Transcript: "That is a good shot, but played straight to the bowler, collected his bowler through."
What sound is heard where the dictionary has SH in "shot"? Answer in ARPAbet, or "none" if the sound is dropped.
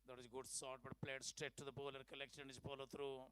S